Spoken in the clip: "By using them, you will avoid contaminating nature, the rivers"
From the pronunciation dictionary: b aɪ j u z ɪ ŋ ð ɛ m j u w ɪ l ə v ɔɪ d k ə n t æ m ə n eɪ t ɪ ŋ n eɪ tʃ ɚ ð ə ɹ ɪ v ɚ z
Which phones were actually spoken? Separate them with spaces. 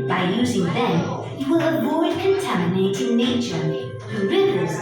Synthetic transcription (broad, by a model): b aɪ j u z ɪ ŋ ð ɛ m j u w ɪ l ə v ɔɪ d k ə n t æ m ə n eɪ t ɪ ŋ n eɪ tʃ ɚ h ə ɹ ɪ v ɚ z